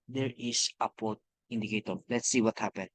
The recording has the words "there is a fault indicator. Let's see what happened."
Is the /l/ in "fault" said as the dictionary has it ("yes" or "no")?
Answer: no